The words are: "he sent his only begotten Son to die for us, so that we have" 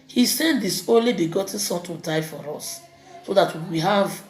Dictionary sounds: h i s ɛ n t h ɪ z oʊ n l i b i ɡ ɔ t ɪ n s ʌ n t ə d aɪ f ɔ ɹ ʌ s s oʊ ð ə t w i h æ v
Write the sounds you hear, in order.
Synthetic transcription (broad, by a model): h i s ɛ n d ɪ s oʊ n l i b i ɡ ɔ t ɪ n s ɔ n t ə d aɪ f ɔ ɹ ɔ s s oʊ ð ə t w i h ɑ v